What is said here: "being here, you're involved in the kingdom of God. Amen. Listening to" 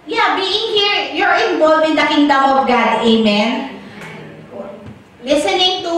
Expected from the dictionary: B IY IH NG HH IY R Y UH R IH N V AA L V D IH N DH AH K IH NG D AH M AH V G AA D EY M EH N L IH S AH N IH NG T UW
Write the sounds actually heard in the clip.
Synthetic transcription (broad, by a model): B IY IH NG HH IY R Y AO R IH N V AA L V IH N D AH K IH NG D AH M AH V G AA D EY M EH N L IH S AH N IH NG T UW